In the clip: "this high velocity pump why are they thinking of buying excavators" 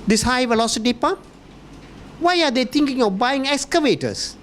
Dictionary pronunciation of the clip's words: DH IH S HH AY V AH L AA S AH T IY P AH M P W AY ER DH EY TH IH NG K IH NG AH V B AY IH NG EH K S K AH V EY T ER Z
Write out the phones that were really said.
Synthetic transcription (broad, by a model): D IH S HH AY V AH L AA S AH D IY P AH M W AY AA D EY T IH NG K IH NG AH F B AY IH NG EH K S K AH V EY T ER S